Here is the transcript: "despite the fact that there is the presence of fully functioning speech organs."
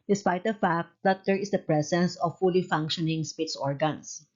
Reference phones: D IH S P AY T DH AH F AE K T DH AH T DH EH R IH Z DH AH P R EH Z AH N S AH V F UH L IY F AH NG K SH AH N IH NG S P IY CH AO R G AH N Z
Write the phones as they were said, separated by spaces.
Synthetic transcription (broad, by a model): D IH S P AY T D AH F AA K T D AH T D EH R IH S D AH P R EH S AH N S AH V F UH L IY F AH NG K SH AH N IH NG S P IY S AO R G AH N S